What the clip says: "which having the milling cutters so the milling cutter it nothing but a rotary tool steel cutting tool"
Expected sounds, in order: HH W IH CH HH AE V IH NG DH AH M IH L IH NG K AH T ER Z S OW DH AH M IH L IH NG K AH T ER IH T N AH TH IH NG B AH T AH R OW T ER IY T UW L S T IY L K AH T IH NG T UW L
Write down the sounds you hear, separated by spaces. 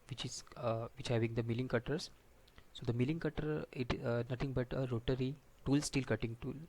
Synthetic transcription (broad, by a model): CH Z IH CH HH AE V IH NG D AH M IH L IH NG K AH T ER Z S OW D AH M IH L IH NG K AH T ER IH T N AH T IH NG B AH T AH R OW T ER IY T UW L S T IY L K AH T IH NG T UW L